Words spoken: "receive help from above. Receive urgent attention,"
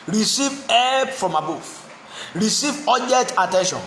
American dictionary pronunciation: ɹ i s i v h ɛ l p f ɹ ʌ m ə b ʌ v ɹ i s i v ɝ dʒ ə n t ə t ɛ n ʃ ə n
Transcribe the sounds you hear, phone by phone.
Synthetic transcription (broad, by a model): ɹ i s i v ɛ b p f ɹ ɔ m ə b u f ɹ i s i v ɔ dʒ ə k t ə t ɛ n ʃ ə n